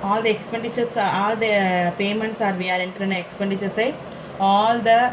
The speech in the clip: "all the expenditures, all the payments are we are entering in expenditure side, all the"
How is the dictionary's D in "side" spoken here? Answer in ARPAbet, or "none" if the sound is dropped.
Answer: none